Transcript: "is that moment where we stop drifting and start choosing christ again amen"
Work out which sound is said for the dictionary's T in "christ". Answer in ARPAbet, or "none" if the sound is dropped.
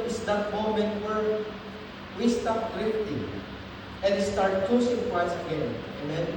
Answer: none